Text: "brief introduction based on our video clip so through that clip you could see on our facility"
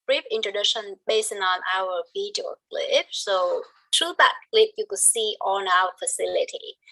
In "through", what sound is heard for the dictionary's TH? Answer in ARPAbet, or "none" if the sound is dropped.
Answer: T